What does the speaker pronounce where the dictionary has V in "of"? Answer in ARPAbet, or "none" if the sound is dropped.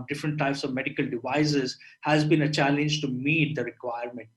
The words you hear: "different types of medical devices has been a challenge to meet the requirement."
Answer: V